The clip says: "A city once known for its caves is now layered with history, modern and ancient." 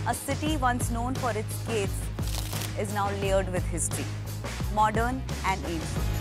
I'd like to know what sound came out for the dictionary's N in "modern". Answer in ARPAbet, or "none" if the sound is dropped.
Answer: N